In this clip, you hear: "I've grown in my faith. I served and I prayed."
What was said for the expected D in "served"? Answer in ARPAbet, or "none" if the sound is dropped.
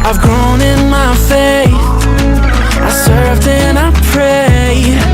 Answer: D